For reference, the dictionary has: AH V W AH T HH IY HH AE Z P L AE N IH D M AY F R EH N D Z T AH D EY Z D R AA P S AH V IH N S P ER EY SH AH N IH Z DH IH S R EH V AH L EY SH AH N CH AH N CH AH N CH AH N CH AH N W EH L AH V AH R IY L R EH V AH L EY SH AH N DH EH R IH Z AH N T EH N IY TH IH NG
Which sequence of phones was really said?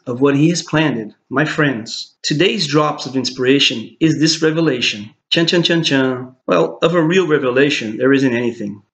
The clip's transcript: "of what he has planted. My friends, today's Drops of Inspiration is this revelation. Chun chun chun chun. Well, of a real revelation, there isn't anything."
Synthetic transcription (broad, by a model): AH V W AH T HH IY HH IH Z P L AE N IH D M AY F R EH N D Z T AH D EY Z D R AA P S AH V IH N S P ER EY SH AH N IH Z DH IH S R EH V AH L EY SH AH N CH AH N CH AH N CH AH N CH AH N W EH L AH V AH R IY L R EH V AH L EY SH AH N DH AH R IH Z AH N T EH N IY TH IH NG